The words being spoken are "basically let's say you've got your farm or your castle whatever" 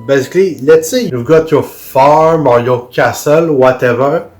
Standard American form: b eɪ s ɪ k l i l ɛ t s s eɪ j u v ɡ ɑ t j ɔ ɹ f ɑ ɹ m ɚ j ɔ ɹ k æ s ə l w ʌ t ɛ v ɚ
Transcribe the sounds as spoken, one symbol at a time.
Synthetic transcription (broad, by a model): b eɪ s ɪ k l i l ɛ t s s eɪ j u v ɡ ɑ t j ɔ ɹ f ɑ ɹ m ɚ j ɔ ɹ k æ s ə l w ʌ t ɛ v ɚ